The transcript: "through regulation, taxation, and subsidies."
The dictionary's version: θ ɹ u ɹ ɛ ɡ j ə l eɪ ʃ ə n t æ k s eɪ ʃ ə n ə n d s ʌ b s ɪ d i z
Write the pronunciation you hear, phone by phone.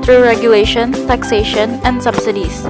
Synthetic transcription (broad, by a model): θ ɹ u ɹ ɛ ɡ j ə l eɪ ʃ ə n t æ k s eɪ ʃ ə n ə n d s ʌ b s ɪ d i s